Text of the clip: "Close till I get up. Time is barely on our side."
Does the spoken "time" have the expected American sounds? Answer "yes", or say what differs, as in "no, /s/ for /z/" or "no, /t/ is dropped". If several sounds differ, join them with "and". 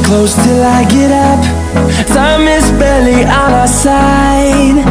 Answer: no, /s/ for /t/